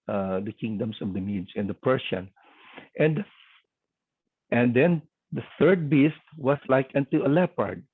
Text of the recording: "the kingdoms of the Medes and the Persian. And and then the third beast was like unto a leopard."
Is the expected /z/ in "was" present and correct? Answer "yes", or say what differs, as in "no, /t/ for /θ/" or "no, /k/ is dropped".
no, /s/ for /z/